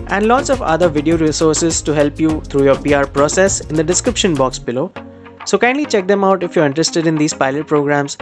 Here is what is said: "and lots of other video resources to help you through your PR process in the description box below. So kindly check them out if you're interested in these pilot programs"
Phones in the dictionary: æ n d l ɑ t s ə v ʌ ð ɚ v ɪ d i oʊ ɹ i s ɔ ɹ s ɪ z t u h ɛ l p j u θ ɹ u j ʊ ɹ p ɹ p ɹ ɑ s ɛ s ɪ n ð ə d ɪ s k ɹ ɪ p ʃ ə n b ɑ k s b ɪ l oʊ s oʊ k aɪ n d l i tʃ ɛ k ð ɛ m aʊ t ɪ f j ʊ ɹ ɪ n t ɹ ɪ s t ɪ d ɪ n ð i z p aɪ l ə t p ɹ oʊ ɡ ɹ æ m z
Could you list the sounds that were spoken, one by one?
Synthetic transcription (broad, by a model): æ n d l ɑ t s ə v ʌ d ɚ v ɪ d i oʊ ɹ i s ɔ ɹ s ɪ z t u h ɛ l p j u t ɹ u j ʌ ɹ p ɹ p ɹ ɑ s ɛ s ɪ n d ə d ɪ s k ɹ ɪ p ʃ ə n b ɑ k s b ɪ l oʊ s oʊ k aɪ n d l i tʃ ɛ k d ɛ m aʊ t ɪ f j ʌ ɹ ɪ n t ɹ ɪ s t ɪ d ɪ n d i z p aɪ l ə t p ɹ oʊ ɡ ɹ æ m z